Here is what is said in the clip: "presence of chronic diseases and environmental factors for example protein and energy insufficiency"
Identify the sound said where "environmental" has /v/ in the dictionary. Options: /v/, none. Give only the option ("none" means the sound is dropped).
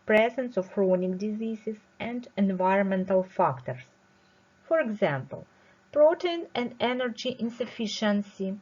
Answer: /v/